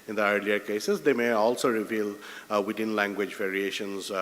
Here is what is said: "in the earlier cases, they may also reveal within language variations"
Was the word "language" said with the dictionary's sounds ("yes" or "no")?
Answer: yes